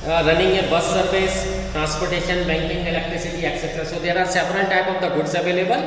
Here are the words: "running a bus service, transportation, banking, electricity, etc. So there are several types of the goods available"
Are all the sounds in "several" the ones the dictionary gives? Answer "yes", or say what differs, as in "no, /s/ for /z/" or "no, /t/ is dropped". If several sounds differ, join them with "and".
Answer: no, /n/ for /l/